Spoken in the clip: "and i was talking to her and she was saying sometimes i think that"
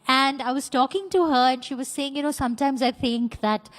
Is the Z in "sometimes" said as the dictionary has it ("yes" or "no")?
yes